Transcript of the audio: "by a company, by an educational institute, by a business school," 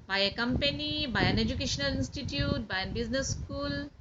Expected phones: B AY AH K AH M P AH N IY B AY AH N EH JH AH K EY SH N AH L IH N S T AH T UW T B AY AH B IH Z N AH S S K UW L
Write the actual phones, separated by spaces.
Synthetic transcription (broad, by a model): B AY AH K AH M P AH N IY B AY AH N EH JH AH K EY SH N AH L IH N S T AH T UW T B AY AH B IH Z N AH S S K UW L